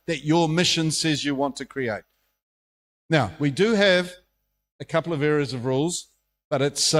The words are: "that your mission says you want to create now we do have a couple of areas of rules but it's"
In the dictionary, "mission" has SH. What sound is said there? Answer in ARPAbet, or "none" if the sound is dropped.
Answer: SH